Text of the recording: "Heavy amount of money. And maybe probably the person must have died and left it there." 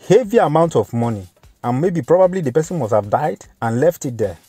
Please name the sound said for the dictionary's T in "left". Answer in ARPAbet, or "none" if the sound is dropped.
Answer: T